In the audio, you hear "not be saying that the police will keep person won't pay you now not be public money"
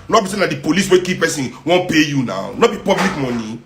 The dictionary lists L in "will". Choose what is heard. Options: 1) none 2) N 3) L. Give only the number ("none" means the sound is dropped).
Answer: 2